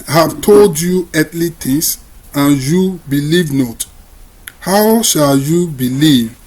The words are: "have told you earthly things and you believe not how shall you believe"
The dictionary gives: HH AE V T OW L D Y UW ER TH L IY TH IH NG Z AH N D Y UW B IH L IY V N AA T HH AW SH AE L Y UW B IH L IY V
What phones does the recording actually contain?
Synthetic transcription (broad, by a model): HH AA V T OW L D Y UW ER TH L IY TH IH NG S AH N Y UW B IH L IY V N AA T HH AW SH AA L Y UW B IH L IY V